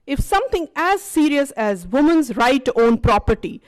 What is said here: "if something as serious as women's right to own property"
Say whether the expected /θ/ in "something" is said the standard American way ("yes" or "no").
no